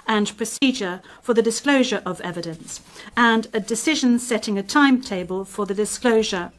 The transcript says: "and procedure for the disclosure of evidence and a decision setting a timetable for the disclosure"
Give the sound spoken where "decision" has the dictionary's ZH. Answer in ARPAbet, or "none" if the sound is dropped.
ZH